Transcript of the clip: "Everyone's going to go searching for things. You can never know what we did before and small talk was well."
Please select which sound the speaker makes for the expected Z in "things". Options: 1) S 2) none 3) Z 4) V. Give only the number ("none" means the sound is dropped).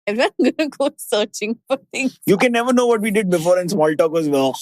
2